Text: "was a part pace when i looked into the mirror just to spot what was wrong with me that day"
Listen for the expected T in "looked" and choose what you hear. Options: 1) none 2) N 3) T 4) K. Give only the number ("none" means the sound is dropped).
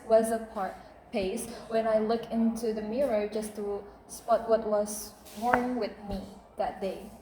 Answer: 1